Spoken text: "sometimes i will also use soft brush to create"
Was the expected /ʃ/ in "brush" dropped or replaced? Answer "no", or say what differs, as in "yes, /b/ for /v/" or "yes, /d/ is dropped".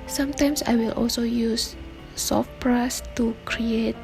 yes, /s/ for /ʃ/